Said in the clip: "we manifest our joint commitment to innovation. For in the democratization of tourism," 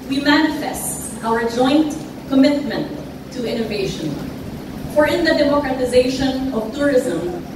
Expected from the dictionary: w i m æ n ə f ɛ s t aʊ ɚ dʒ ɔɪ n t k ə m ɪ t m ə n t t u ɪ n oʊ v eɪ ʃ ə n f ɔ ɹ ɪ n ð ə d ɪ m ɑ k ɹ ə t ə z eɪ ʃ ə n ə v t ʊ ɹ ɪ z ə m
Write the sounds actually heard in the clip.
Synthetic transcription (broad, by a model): w i m æ n ə f ɛ s t aʊ ɚ dʒ ɔɪ n t k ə m ɪ t m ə n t t u ɪ n oʊ v eɪ ʃ ə n f ɔ ɹ ɪ n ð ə d ɪ m ɑ k ɹ ə t ə z eɪ ʃ ə n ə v t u ɹ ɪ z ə m